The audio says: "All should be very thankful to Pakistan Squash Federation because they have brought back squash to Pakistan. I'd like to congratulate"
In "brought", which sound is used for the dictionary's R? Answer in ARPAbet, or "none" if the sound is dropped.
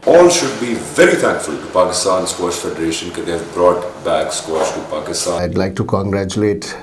R